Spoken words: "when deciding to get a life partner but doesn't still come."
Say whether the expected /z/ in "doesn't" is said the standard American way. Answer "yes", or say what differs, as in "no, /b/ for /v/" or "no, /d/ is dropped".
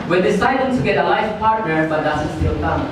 no, /s/ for /z/